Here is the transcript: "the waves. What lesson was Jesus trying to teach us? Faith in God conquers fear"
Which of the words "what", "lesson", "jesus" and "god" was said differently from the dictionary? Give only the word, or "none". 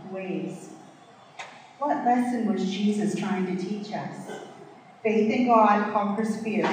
none